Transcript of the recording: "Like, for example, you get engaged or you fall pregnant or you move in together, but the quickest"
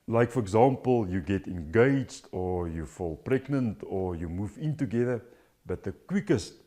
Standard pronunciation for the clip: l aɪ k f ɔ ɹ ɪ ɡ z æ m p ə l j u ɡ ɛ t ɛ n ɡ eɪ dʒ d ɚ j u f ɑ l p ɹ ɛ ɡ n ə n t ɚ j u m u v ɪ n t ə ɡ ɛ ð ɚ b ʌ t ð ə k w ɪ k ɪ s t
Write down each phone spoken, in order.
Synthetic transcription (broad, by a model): l aɪ k f ɔ ɹ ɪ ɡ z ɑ m p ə l j u ɡ ɛ t ɛ n ɡ eɪ dʒ d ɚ j u f ɑ l p ɹ ɛ ɡ n ə n t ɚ j u m u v ɪ n t ə ɡ ɛ ð ɚ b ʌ t ð ə k w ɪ k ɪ s t